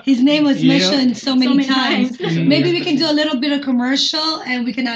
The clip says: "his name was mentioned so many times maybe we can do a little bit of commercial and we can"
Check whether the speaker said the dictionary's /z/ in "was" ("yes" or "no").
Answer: yes